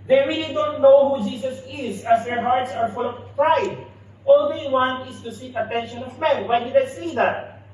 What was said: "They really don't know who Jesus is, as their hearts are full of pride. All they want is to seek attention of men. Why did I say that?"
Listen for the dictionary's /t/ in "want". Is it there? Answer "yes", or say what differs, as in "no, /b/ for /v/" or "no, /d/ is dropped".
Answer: no, /t/ is dropped